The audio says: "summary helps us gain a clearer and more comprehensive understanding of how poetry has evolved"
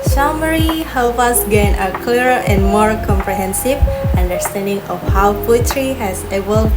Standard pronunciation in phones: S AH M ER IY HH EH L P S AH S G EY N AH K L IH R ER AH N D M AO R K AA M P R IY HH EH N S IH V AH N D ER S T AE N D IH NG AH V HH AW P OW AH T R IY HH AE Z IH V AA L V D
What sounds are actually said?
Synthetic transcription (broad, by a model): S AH M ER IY HH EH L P AH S G EY N AH K L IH R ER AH N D M AO R K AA M P R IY HH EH N S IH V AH N D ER S T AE N D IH NG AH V HH AW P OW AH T R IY HH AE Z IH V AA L